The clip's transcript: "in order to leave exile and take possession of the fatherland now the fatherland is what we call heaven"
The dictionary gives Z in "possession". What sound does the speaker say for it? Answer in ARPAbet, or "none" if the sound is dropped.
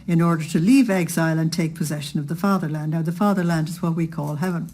Z